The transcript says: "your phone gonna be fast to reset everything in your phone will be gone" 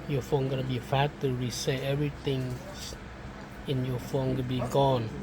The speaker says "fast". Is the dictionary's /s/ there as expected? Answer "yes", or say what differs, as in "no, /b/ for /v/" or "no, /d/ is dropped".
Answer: no, /s/ is dropped